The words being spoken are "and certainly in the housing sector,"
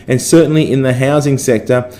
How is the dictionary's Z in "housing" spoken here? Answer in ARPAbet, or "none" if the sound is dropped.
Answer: Z